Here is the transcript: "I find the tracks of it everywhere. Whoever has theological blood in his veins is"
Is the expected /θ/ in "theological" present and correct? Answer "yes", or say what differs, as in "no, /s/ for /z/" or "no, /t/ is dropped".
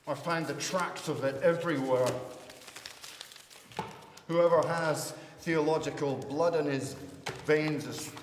yes